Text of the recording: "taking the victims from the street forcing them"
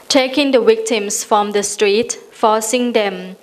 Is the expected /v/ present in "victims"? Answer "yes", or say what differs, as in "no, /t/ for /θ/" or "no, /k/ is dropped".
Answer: no, /w/ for /v/